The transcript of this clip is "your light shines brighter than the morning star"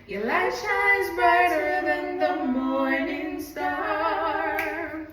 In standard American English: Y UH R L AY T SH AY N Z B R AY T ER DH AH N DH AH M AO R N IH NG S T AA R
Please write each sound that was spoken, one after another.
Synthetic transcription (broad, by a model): Y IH L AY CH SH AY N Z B AY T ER DH AH N DH AH M AO R N IH NG S T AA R